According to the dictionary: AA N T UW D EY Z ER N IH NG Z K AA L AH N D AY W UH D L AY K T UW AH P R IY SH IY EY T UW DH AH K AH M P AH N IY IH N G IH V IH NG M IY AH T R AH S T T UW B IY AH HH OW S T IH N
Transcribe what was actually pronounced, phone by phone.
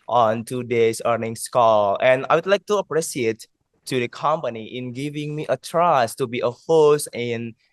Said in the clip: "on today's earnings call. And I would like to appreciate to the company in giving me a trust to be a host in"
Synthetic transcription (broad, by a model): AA N T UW D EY S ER N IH NG S K AA L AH N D AY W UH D L AY K T UW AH P R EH S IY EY T UW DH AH K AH M P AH N IY IH N G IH V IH NG M IY AH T R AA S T T UW B IY AH HH OW S T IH N